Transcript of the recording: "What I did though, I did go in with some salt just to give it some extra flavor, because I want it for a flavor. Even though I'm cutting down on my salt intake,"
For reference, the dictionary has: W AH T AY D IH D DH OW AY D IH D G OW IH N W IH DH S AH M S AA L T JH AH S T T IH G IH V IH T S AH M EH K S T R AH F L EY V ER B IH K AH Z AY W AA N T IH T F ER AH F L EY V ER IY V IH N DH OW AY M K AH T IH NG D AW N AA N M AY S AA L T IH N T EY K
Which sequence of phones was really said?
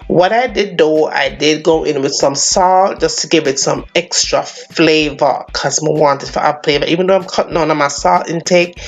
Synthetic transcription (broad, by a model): W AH T AY D IH D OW AY D IH D G OW IH N W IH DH S AH M S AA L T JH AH S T T IH G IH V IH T S AH M EH K S T R AH F L EY V ER K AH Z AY W AA N T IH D F ER AH F L EY V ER IY V IH N DH OW AY M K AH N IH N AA M AY S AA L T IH N T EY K